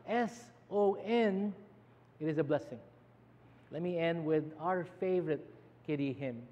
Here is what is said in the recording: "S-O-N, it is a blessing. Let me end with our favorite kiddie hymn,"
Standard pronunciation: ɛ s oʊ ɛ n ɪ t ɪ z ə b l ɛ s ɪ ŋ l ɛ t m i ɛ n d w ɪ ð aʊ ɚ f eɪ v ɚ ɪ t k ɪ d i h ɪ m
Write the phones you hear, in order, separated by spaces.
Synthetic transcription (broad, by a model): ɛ s oʊ ɛ n ɪ t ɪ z ə b l ɛ s ɪ ŋ l ɛ t m i ɛ n d w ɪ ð aʊ ɚ f eɪ v ɚ ɪ t k ɪ d i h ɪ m